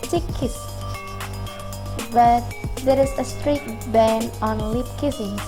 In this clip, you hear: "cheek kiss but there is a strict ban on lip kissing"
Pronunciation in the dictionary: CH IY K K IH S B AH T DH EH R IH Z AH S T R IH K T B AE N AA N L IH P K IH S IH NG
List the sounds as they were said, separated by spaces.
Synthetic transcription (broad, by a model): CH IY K K IH S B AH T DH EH R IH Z AH S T R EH T B AE N AA N L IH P K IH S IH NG